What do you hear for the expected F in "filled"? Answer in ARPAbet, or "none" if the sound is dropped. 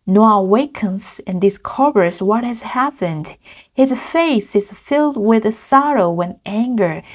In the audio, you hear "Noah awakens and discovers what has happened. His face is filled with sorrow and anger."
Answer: F